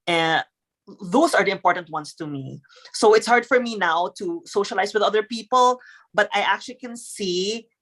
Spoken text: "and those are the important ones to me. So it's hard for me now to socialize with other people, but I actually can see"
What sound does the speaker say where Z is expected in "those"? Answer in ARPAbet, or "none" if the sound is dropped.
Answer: S